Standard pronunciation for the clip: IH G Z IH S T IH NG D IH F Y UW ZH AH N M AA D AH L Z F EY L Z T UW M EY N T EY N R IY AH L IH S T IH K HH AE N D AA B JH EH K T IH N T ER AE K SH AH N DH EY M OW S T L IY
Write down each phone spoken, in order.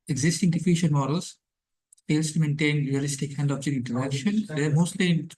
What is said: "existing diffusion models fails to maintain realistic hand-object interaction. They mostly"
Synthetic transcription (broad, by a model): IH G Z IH S T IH NG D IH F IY SH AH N M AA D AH L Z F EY L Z T UW M EY N T EY N R IY AH L IH S T IH K HH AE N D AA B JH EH T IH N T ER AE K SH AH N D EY M OW S T L IY